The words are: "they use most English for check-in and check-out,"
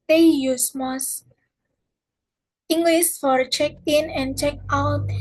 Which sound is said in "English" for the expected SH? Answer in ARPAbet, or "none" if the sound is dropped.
S